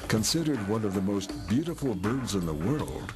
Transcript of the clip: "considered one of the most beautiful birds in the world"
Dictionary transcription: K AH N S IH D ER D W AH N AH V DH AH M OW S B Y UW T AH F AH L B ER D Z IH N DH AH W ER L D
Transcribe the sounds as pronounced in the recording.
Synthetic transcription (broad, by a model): K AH N S IH D ER D W AH N AH V DH AH M OW S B Y UW T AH F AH L B ER D Z IH N DH AH W ER L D